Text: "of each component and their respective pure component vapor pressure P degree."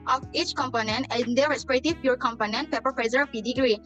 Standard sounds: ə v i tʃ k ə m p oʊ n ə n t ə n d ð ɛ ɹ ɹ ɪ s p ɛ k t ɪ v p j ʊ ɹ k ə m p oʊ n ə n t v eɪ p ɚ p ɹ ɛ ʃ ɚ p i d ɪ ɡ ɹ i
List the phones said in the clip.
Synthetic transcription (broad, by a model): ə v i tʃ k ə m p oʊ n ə n t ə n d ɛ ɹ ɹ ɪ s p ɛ t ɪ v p j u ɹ k ə m p oʊ n ə n t p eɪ p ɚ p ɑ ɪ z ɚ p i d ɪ ɡ ɹ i